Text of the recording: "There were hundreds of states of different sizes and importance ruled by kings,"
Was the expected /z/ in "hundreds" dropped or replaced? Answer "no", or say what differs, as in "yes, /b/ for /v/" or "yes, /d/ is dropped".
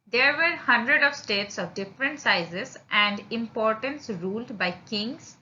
yes, /z/ is dropped